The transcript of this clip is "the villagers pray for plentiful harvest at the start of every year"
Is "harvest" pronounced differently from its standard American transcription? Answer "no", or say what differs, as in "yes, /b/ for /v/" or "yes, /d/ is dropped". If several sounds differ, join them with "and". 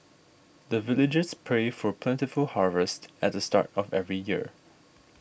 no